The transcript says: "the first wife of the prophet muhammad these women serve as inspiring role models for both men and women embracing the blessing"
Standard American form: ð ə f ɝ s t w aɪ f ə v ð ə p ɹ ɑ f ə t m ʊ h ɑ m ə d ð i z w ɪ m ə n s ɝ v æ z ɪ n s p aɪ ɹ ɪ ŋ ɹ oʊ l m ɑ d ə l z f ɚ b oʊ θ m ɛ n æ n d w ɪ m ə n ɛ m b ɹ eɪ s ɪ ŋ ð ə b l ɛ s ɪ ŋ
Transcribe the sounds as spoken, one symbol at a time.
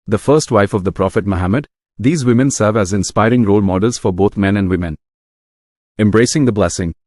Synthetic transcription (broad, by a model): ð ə f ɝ s t w aɪ f ə v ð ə p ɹ ɑ f ə t m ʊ h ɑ m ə d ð i z w ɪ m ə n s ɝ v æ z ɪ n s p aɪ ɹ ɪ ŋ ɹ oʊ l m ɑ d ə l z f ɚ b oʊ t m ɛ n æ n d w ɪ m ə n ɛ m b ɹ eɪ s ɪ ŋ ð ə b l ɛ s ɪ ŋ